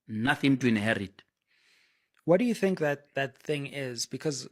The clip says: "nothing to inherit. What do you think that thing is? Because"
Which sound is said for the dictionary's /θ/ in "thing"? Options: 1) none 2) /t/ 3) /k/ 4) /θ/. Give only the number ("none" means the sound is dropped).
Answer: 4